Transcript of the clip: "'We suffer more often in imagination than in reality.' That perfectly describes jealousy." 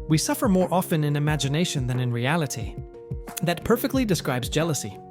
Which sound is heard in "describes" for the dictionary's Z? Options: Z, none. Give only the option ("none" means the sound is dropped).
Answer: Z